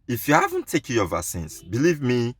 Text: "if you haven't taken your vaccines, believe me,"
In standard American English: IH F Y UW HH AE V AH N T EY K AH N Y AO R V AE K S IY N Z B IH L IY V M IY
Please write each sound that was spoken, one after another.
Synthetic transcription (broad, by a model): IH F Y UW HH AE V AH N T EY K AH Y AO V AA S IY N S B IH L IY V M IY